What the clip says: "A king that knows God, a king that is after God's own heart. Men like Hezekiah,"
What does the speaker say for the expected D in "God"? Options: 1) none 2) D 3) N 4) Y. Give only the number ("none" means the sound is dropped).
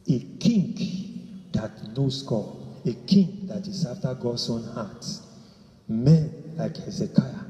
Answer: 1